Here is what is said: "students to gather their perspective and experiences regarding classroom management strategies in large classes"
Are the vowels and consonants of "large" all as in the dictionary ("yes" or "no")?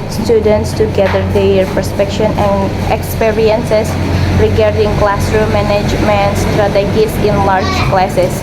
yes